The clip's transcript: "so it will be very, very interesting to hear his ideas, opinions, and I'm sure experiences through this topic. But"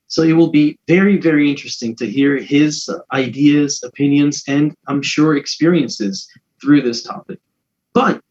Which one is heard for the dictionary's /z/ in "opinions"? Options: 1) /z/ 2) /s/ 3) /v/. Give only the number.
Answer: 1